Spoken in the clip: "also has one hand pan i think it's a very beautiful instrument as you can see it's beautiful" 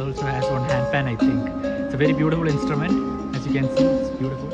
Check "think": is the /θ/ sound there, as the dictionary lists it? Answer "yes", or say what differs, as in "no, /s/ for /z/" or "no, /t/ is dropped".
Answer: no, /t/ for /θ/